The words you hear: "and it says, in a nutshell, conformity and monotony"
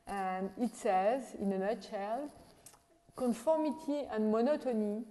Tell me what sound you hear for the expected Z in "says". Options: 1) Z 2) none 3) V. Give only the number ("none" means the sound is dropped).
1